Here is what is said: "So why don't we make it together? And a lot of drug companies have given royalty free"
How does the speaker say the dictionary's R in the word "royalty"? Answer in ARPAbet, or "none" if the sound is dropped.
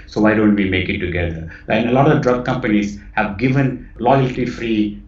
L